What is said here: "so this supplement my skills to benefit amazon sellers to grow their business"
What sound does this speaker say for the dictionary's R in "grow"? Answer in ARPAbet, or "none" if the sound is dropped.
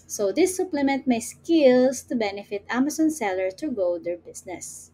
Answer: none